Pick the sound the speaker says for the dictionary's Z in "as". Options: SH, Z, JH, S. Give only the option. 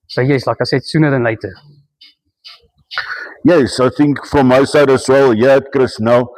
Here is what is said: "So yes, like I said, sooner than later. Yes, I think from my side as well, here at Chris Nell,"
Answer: S